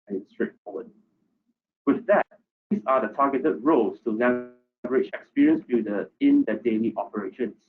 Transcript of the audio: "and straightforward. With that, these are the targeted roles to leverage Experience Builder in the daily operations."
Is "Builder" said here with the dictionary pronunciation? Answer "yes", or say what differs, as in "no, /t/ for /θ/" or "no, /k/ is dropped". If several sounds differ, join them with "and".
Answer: no, /l/ is dropped